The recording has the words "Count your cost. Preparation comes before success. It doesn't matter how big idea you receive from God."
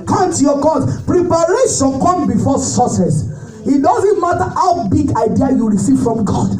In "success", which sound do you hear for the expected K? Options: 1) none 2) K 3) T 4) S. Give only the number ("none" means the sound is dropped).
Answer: 1